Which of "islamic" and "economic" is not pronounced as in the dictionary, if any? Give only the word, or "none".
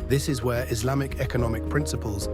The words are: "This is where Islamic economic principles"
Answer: none